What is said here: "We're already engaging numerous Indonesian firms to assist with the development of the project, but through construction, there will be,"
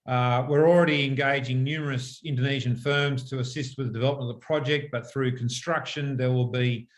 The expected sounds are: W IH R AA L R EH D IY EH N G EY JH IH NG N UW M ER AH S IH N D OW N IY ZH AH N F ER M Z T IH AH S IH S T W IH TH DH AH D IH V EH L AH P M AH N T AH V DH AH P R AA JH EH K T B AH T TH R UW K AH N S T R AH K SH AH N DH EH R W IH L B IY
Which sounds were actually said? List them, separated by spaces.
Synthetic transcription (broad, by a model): W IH R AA L R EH D IY EH N G EY JH IH NG N UW M ER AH S IH N D OW N IY ZH AH N F ER M Z T IH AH S IH S T W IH DH AH D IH V EH L AH P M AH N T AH DH AH P R AA JH EH K T B AH T TH R UW K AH N S T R AH K SH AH N DH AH R W IH L B IY